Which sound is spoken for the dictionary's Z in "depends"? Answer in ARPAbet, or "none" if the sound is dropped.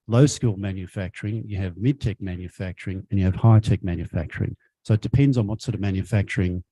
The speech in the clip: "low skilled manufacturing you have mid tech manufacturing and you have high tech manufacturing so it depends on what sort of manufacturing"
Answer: Z